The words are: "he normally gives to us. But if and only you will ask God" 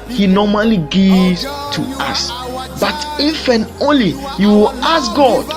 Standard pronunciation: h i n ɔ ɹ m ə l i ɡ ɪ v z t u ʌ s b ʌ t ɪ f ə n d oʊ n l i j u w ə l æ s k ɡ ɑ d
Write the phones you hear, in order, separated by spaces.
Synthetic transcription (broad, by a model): h i n ɔ m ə l i ɡ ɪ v t u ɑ s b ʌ t ɪ f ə n oʊ n l i j u w ə l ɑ s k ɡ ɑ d